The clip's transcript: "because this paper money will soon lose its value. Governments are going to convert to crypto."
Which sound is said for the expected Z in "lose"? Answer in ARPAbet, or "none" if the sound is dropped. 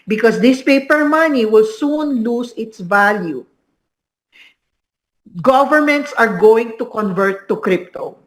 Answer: S